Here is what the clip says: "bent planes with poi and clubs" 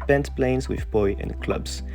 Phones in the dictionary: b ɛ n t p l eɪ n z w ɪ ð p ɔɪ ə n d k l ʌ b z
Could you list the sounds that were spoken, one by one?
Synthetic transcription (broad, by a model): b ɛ n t p l eɪ n z w ɪ ð b ɔɪ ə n k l ʌ b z